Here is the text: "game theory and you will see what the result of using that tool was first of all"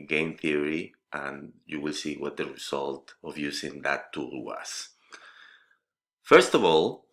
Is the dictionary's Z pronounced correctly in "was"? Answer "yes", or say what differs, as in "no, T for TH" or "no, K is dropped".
no, S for Z